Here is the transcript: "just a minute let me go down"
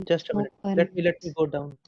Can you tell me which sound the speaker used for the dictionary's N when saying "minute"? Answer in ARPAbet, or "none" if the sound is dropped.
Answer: L